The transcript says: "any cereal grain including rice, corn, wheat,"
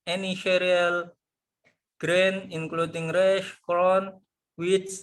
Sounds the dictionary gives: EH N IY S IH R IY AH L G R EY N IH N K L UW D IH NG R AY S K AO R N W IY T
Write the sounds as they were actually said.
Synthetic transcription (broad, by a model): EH N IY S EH R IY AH L G R EY N IH N K L UW D IH NG R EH SH K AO N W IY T